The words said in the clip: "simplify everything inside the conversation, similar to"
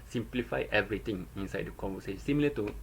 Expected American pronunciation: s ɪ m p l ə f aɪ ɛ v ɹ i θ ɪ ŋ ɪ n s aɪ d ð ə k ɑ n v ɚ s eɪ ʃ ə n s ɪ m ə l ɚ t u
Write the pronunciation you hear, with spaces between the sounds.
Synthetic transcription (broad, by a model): s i m p l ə f aɪ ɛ v ɹ i t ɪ ŋ ɪ n s aɪ d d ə k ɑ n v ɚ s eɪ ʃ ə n s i m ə l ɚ t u